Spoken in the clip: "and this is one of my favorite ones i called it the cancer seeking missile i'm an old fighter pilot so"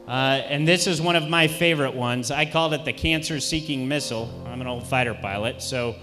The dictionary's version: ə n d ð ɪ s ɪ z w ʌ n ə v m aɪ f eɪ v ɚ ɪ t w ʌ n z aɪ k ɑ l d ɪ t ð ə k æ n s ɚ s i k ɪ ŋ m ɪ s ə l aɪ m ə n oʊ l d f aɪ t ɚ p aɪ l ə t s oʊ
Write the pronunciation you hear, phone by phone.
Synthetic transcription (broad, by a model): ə n ð ɪ s ɪ z w ʌ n ə v m aɪ f eɪ v ɚ ɪ t w ʌ n z aɪ k ɑ l d ɪ t ð ə k æ n s ɚ s i k ɪ ŋ m ɪ s l aɪ m ə n oʊ l d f aɪ t ɚ p aɪ l ə t s oʊ